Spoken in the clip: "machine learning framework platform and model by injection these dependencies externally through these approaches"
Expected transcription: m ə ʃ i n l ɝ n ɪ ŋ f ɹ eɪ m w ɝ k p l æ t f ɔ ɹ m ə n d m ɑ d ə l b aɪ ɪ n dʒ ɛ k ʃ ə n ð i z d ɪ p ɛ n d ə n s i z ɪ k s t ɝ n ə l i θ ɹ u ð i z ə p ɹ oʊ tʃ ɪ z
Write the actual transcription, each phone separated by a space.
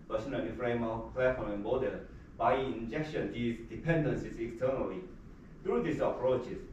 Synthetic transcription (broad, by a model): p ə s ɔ n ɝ l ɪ f ɹ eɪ m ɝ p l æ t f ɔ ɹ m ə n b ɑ d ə b aɪ ɪ n dʒ ɛ k ʃ ə n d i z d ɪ p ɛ n d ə n s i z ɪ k s t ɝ n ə l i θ ɹ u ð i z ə p ɹ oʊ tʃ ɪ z